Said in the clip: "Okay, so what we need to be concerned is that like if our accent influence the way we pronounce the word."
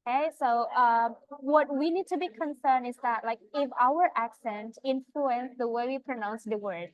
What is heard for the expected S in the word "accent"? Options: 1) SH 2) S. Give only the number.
2